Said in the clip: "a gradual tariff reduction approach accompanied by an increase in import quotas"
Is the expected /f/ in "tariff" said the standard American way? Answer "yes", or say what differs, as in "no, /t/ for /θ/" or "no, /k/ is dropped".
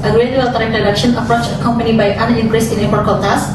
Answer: no, /p/ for /f/